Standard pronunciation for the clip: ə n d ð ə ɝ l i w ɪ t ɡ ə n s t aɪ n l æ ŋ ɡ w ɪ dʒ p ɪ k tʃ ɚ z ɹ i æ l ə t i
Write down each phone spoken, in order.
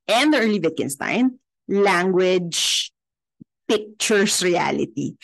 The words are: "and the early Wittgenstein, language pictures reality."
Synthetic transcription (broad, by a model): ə n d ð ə ɝ l i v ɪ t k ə n s t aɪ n l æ ŋ ɡ w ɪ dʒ p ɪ k tʃ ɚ s ɹ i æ l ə t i